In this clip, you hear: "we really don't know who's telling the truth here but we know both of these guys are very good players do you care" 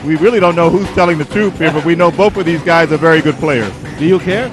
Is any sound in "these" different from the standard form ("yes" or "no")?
no